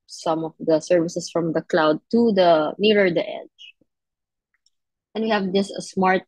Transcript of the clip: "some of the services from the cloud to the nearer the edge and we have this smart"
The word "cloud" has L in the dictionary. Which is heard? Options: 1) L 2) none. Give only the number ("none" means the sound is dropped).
1